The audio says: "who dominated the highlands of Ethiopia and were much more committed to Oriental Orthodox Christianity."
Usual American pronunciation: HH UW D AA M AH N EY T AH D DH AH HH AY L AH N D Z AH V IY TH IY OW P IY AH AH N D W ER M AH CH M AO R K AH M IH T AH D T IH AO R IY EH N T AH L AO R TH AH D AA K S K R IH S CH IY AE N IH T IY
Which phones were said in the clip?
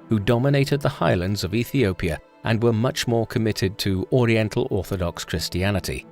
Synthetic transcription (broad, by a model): HH UW D AA M AH N EY T AH D DH AH HH AY L AH N D Z AH V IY TH IY OW P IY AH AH N W ER M AH CH M AO R K AH M IH T AH D T IH AO R IY EH N T L AO R TH AH D AA K S K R IH S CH IY AE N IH T IY